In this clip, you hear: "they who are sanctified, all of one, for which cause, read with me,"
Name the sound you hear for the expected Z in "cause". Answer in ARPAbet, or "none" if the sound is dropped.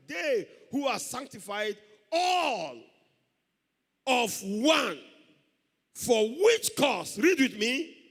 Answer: S